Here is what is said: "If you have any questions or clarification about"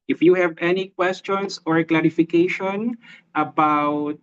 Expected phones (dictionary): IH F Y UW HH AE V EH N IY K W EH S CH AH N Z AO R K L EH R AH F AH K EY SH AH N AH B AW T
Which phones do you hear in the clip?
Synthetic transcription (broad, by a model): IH F Y UW HH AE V EH N IY K W EH S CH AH N S AO R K L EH R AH F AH K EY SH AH N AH B AW T